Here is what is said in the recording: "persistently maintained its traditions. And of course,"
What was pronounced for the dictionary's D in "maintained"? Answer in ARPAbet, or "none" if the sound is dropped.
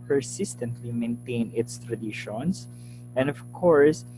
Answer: none